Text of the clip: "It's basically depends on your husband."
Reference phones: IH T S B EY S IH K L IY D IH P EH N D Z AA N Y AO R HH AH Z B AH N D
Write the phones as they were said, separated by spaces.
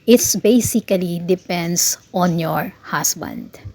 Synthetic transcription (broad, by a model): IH T S B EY S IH K L IY D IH P EH N D S AA N Y AO R HH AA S B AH N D